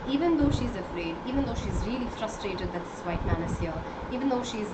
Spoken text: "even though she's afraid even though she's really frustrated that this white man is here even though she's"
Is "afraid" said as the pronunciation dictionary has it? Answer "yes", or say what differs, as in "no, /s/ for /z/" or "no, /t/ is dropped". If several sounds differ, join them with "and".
yes